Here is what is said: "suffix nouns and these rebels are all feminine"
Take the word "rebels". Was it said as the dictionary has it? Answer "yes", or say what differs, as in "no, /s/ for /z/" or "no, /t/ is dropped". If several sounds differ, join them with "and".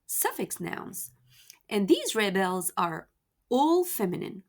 yes